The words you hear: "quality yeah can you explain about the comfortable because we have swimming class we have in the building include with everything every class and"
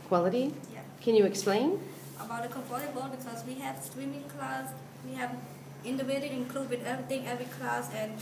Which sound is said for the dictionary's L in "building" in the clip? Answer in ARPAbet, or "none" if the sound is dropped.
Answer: none